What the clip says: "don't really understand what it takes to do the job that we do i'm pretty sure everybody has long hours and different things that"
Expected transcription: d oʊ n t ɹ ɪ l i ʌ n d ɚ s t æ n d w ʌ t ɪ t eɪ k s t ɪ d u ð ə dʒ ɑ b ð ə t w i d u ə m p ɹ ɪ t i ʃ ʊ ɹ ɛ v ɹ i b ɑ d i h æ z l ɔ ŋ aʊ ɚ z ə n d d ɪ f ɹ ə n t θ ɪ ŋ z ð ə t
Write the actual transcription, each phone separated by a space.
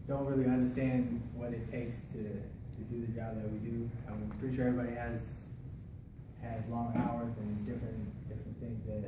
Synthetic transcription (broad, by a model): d oʊ n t ɹ ɪ l i ʌ n d ɚ s t æ n d w ʌ t ɪ t eɪ k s t ɪ d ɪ ð ə dʒ ɑ b ð ə t w i d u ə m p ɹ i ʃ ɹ ɛ ɹ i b ɑ d i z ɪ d l ɔ ŋ aʊ ɚ z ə n d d ɪ f ɹ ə n θ ɪ ŋ z ð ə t